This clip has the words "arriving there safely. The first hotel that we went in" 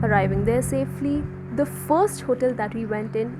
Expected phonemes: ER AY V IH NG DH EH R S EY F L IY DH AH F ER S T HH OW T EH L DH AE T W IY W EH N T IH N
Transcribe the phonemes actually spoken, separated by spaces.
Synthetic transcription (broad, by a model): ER AY V IH NG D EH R S EY F L IY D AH F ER S T HH OW T EH L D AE T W IY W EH N T IH N